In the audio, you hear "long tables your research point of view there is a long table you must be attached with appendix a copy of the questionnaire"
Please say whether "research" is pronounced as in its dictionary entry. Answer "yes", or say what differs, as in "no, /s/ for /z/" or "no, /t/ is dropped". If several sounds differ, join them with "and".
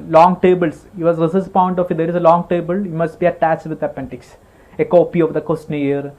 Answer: no, /s/ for /tʃ/